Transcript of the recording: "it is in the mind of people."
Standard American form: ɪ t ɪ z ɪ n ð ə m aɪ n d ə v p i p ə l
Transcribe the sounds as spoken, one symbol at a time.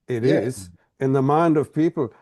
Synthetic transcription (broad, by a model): ɪ t ɪ z ɪ n ð ə m aɪ n d ə v p i p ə l